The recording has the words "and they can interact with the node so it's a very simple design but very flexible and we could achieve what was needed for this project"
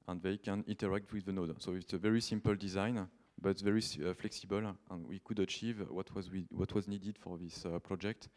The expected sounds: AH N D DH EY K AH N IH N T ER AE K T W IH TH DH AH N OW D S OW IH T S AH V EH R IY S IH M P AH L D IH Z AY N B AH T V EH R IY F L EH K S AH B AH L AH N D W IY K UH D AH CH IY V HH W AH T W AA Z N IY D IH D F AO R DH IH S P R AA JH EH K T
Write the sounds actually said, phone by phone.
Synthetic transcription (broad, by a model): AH N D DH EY K AH N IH N T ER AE K T W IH DH AH N OW D S OW IH T S AH V EH R IY S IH M P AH L D IH Z AY N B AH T V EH R IY F L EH K S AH B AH L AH N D W IY K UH D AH CH IY V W W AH T W AA Z N IY D IH D F AO R DH IH S P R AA JH EH K T